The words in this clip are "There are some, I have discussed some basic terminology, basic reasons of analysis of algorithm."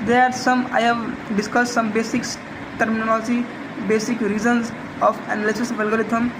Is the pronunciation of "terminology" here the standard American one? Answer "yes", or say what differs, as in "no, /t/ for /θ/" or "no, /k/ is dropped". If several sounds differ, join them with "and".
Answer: yes